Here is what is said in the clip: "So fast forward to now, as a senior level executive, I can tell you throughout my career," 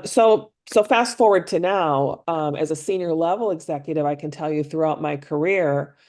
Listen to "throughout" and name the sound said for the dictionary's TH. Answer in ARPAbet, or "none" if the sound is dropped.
TH